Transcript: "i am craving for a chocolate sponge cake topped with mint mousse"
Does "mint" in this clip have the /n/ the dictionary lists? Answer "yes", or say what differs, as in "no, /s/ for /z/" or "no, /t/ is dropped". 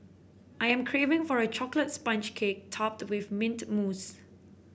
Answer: yes